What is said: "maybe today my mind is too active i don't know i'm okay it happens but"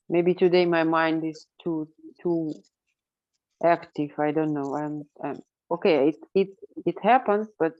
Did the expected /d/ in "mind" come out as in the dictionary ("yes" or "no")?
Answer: yes